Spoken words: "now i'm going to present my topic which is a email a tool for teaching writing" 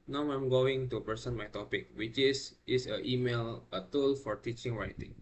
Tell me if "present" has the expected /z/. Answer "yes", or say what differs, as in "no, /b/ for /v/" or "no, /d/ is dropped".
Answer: no, /s/ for /z/